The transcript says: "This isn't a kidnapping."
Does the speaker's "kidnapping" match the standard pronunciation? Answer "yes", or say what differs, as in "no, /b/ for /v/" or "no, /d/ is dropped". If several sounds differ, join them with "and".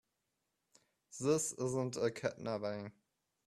no, /b/ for /p/